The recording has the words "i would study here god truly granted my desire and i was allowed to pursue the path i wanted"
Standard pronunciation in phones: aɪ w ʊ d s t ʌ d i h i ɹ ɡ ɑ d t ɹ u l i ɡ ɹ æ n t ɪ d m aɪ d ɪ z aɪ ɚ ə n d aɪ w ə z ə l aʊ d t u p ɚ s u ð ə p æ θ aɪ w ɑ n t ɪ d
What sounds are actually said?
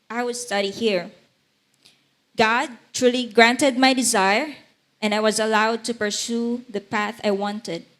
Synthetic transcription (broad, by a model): aɪ w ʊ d s t ʌ d i h i ɹ ɡ ɑ d t ɹ u l i ɡ ɹ æ n t ɪ d m aɪ d ɪ z aɪ ɚ ə n d aɪ w ə z ə l aʊ d t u p ɚ s u ð ə p æ θ aɪ w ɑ n t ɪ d